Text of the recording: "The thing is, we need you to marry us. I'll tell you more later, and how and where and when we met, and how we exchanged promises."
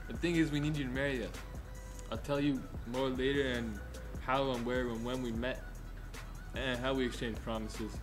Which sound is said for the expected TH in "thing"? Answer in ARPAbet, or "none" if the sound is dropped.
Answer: TH